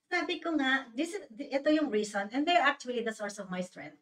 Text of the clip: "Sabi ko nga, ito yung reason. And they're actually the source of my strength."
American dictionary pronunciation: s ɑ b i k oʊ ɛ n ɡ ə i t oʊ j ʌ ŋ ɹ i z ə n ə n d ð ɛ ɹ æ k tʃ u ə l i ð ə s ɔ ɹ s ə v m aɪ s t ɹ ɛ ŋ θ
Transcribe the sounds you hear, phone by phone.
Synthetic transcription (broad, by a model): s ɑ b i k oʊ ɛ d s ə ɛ t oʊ j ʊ ŋ ɹ i s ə n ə n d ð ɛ ɹ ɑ k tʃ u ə l i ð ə s ɔ ɹ s ə v m aɪ s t ɹ ɛ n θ